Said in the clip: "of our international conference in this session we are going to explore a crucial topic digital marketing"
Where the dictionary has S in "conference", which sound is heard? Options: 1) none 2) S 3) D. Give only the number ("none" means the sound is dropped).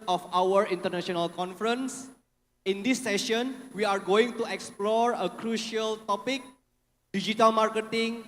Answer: 2